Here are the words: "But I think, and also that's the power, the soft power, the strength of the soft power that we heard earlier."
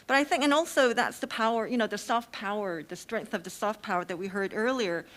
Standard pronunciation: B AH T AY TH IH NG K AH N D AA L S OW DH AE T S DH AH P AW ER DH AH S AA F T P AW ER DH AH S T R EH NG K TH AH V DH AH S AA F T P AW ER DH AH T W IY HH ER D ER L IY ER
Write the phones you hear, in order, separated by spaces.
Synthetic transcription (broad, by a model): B AH T AY TH IH NG K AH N AA L S OW DH AE T S DH AH P AW ER DH AH S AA F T P AW ER DH AH S T R EH NG K TH AH V DH AH S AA F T P AW ER DH AH T W IY HH ER D ER L IY ER